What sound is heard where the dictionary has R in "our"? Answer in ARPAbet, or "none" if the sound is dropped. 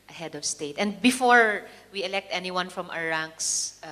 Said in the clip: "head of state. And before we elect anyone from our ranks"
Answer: W